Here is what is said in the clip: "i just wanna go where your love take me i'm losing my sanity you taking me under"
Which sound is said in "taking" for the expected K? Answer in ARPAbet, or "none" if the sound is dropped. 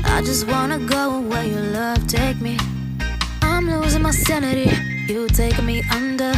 none